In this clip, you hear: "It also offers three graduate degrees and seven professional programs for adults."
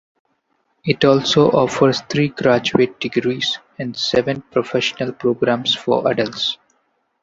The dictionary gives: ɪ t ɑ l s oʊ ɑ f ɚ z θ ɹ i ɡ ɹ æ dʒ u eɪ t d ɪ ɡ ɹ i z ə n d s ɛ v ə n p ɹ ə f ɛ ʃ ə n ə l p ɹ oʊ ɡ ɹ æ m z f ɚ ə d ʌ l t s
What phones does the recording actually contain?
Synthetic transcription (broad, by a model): ɪ t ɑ l s oʊ ɑ f ɚ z t ɹ i ɡ ɹ æ dʒ u eɪ t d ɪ ɡ ɹ i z ə n d s ɛ v ə n p ɹ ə f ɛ ʃ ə n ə l p ɹ oʊ ɡ ɹ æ m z f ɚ ə d ʌ l t s